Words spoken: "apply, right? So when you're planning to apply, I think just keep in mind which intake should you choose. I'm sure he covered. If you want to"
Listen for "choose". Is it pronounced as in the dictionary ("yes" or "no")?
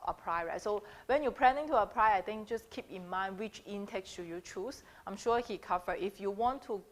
no